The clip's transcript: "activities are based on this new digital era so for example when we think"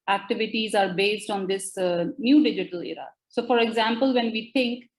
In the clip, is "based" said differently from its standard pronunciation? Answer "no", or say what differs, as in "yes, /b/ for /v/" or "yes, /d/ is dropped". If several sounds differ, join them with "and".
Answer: no